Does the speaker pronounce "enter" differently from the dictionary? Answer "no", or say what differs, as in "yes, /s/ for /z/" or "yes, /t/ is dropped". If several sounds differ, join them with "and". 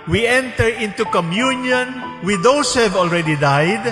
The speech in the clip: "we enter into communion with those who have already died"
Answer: no